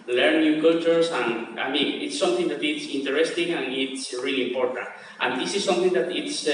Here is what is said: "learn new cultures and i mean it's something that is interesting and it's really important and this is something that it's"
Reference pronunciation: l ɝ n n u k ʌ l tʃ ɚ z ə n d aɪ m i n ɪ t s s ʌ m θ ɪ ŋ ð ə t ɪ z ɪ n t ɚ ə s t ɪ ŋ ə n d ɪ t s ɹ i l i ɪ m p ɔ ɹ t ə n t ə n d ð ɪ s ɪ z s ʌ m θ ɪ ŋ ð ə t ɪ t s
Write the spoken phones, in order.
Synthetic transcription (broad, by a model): l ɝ n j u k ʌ tʃ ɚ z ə n aɪ m i n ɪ t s s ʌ m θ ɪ ŋ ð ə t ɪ s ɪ n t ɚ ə s t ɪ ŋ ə n ɪ t s ɹ i l i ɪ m p ɔ ɹ t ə n t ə n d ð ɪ s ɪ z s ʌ m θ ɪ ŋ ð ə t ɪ t s